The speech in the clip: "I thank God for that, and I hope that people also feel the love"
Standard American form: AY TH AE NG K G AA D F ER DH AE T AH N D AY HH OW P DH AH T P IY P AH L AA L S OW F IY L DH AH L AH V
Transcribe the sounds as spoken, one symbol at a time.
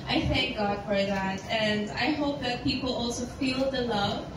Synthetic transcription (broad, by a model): AY TH AE NG K G AA D F ER DH AE T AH N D AY HH OW P DH AH T P IY P L AA L S OW F IY L DH AH L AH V